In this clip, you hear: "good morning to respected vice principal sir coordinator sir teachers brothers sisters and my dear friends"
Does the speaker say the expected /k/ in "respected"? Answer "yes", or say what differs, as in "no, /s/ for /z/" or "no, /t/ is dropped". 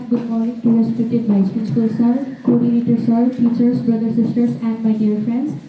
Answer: no, /k/ is dropped